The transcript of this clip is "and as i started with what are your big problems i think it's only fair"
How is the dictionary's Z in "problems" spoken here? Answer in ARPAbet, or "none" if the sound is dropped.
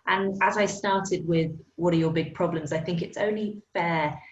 Z